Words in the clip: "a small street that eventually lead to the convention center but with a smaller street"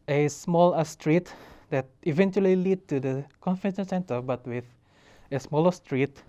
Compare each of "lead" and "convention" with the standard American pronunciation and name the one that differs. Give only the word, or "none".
convention